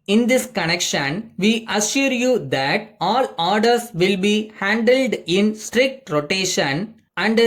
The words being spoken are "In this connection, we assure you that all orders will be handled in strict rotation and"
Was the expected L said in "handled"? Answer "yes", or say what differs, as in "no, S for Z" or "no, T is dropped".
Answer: yes